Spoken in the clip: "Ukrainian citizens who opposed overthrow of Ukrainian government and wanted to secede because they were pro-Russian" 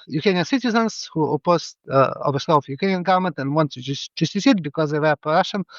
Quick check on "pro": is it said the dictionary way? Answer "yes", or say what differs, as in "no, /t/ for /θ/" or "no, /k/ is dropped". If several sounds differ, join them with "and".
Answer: no, /ɹ/ is dropped